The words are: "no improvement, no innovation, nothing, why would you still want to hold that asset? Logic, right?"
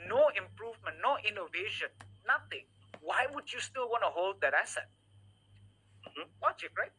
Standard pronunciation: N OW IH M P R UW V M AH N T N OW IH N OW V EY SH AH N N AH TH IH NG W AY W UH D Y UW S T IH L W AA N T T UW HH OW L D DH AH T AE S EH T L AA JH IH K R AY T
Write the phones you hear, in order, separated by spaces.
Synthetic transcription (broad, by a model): N OW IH M P R UW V M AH N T N OW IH N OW V EY SH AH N N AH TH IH NG W AY W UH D Y UW S T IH L W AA N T T UW HH OW L D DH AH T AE S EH T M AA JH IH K R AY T